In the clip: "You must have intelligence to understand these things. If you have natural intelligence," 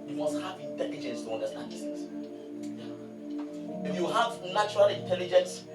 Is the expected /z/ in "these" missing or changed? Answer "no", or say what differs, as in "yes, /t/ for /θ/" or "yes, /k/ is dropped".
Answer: yes, /z/ is dropped